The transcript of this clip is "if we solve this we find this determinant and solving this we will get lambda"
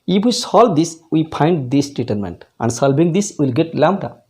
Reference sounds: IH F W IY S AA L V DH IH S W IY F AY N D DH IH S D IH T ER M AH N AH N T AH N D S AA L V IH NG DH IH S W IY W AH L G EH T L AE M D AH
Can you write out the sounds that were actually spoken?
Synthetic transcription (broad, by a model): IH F W IY S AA L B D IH S W IY P AY N D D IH S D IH T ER M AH N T T AH N D S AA L B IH NG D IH S W IY L G EH T L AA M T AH